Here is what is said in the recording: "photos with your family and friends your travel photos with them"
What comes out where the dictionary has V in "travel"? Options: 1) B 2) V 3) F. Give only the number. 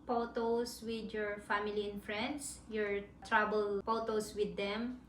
1